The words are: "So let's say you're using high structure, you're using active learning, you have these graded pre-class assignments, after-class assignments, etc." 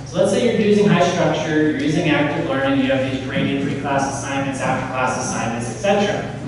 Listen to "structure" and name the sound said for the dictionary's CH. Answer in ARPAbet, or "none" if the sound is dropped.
CH